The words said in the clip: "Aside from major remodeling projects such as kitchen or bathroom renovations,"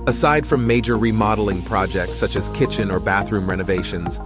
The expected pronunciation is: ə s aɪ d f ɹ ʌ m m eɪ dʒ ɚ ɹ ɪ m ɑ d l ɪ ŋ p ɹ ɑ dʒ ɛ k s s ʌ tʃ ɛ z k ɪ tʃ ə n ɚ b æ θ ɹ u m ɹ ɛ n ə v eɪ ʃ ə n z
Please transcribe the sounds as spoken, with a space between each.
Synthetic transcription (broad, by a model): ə s aɪ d f ɹ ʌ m m eɪ dʒ ɚ ɹ ɪ m ɑ d l ɪ ŋ p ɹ ɑ dʒ ɛ k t s ʌ tʃ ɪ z k ɪ tʃ ə n ɚ b æ θ ɹ u m ɹ ɛ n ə v eɪ ʃ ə n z